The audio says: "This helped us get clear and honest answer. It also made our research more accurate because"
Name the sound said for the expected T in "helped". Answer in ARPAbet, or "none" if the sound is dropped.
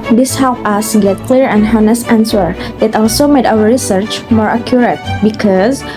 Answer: none